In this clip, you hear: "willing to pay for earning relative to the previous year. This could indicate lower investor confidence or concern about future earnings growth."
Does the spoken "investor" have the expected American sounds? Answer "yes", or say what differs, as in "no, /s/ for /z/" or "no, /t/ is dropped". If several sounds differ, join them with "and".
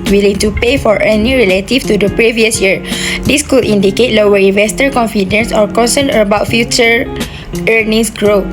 yes